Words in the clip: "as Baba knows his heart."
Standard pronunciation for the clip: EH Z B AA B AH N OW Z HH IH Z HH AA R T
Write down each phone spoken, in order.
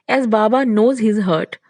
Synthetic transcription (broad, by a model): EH Z B AA B AH N OW Z HH IH Z HH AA R T